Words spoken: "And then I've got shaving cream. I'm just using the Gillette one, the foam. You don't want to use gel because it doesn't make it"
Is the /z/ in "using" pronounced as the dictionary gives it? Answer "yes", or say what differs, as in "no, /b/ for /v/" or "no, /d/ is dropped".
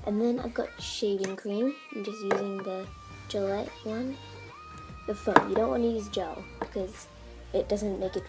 yes